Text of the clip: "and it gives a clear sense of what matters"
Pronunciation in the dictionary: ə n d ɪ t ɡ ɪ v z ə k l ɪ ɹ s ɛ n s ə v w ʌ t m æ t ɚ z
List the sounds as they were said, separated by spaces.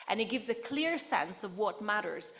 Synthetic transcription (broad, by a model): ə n ɪ t ɡ ɪ v z ə k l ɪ ɹ s ɛ n s ə v w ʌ t m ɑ t ɚ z